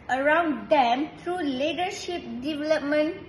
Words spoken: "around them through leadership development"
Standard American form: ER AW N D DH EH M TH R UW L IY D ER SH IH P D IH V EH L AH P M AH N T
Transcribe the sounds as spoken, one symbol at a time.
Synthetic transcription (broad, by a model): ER AW N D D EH M T R UW L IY D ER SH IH P D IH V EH L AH P M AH N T